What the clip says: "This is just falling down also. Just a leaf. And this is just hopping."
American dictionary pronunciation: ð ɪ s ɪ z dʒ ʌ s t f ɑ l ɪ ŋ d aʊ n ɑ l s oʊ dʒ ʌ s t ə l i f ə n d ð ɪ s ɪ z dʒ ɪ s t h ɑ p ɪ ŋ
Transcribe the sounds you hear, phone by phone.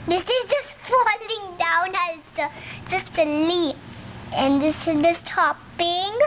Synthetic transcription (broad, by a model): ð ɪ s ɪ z dʒ ʌ s t f ɑ l ɪ ŋ d aʊ n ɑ s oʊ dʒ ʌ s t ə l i ə n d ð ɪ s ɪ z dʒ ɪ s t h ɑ p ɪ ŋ